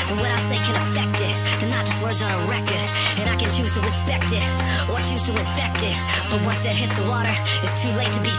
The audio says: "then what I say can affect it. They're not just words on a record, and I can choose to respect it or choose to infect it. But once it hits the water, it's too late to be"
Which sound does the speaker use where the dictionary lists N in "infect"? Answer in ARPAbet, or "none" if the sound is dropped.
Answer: none